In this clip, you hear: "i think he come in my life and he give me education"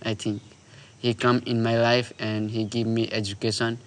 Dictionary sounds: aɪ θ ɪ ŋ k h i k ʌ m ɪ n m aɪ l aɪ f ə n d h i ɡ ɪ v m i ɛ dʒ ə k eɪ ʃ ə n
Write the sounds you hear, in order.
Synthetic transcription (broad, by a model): aɪ t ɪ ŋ k h i k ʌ m ɪ n m aɪ l aɪ f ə n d h i ɡ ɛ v m i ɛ dʒ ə k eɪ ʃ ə n